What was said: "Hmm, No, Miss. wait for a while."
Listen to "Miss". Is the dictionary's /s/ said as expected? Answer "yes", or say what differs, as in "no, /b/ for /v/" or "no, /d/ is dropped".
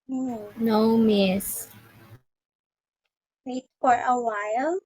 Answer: yes